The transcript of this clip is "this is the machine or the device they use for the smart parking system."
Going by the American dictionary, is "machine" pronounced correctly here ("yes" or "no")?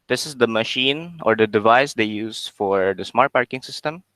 yes